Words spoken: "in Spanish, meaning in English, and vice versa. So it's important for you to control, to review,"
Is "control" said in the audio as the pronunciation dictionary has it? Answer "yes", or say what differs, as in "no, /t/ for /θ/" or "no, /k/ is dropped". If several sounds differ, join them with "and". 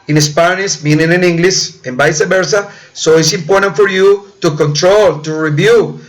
yes